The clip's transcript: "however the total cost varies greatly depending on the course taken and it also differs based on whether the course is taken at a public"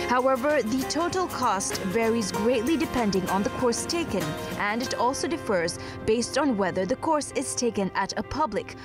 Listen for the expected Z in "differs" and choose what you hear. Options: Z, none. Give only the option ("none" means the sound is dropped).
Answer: Z